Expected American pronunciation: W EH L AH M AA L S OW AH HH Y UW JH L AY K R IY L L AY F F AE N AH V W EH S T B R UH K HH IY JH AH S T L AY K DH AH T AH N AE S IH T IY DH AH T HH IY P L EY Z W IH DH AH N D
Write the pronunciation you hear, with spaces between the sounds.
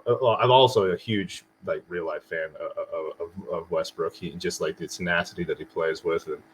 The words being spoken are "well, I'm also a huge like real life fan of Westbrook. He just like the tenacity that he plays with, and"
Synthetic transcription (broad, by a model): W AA AH M AA L S OW AH HH Y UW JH L AY K R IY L L AY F F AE N AH V W EH S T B R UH K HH IY JH AH S T L AY K DH AH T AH N AE S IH T IY DH AH T HH IY P L EY Z W IH DH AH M